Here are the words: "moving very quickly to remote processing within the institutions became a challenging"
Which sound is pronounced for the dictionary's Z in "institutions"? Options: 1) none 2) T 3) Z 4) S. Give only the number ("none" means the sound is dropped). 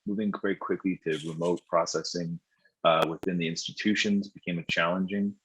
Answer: 3